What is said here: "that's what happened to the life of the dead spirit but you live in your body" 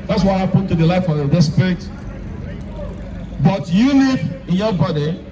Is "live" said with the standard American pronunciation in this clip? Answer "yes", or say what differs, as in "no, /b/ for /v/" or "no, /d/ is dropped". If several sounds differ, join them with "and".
no, /n/ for /l/